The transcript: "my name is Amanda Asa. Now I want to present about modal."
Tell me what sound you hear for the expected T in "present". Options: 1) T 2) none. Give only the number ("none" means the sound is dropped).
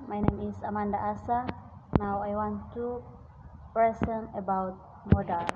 2